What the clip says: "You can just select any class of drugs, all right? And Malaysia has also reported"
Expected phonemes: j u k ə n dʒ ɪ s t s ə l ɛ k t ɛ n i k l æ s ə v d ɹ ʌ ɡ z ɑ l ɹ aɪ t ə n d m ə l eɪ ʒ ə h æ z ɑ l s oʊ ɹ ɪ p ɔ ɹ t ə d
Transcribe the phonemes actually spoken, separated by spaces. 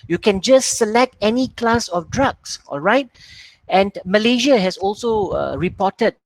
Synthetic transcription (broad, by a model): j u k ə n dʒ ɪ s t s ə l ɛ k t ɛ n i k l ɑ s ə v d ɹ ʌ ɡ s ɑ l ɹ aɪ t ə n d m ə l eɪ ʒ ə h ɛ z ɑ l s oʊ ɹ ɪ p ɔ t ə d